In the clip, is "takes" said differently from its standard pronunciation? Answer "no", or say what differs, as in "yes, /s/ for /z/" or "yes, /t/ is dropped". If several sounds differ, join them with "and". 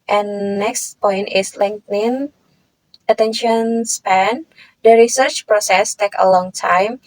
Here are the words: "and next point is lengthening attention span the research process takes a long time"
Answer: yes, /s/ is dropped